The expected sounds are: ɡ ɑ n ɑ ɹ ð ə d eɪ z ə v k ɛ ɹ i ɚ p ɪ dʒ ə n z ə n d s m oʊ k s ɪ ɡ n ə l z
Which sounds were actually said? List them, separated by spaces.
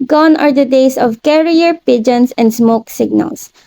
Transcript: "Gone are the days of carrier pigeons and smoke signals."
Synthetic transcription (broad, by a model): ɡ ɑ n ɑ ɹ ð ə d eɪ s ə v k ɛ ɹ i ɚ p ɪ dʒ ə n s ə n d s m oʊ k s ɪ ɡ n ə l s